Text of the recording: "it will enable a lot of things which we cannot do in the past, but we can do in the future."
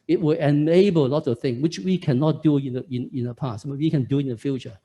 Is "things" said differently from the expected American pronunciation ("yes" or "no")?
yes